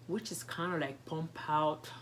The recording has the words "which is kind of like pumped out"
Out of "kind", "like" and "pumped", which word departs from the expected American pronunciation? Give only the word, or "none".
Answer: pumped